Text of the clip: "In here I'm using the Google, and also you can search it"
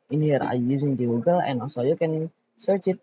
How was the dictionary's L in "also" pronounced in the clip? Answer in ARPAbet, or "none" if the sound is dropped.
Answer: none